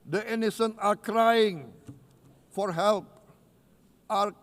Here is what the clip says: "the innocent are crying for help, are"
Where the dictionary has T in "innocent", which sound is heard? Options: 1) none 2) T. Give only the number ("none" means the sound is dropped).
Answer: 1